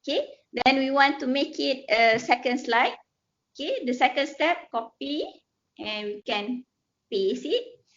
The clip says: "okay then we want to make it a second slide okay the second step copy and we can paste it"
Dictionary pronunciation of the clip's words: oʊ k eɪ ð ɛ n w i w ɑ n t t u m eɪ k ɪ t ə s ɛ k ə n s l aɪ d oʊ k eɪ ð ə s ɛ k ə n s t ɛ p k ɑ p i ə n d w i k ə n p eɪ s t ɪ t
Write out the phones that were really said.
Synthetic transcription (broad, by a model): k eɪ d ɛ n w i w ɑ n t t u m eɪ k ɪ t ə s ɛ k ə n s l aɪ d oʊ k eɪ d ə s ɛ k ə n s t ɛ p k ɑ p i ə n w i k ə n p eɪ s ɪ t